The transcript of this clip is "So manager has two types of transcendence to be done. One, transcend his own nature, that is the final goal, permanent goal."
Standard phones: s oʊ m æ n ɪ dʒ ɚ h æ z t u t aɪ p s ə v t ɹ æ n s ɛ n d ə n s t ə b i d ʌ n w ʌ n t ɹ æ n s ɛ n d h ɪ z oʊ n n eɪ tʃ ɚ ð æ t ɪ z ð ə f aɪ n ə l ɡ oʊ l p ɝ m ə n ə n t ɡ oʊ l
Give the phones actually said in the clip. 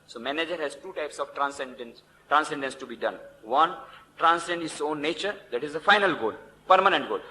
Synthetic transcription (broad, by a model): s oʊ m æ n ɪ dʒ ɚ h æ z t u t aɪ p s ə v t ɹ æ n s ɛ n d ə n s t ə b i d ʌ n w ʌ n t ɹ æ n s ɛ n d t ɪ s oʊ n n eɪ tʃ ɚ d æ t ɪ z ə f aɪ n ə l ɡ oʊ l p ɝ m ə n ə n t ɡ oʊ l